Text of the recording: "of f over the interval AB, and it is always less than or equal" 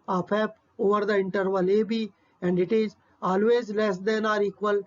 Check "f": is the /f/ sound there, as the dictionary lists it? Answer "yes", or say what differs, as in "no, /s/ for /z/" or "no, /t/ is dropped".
no, /p/ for /f/